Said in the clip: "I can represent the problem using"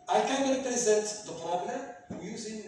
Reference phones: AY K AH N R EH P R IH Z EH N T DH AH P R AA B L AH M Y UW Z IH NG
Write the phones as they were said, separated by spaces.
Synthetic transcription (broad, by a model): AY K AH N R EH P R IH Z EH N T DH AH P L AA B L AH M Y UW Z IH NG